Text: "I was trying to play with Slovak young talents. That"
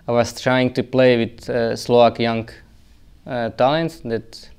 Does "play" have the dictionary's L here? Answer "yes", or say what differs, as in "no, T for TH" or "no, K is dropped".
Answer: yes